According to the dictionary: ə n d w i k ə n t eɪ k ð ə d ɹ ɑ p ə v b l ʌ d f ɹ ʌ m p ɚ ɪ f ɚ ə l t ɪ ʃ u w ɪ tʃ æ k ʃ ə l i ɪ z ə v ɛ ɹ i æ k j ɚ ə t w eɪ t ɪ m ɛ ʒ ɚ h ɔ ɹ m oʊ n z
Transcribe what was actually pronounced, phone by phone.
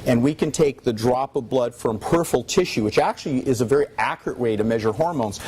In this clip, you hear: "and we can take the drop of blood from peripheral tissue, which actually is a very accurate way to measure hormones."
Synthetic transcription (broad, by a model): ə n w i k ə n t eɪ k ð ə d ɹ ɑ p ə v b l ʌ d f ɹ ʌ m p ɚ f l t ɪ ʃ u w ɪ tʃ æ k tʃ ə l i ɪ z ə v ɛ ɹ i æ k j ɚ ə t w eɪ t ɪ m ɛ ʒ ɚ h ɔ ɹ m oʊ n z